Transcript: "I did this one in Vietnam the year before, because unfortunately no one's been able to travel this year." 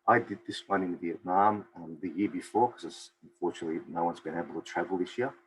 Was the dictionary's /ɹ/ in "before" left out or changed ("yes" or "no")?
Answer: no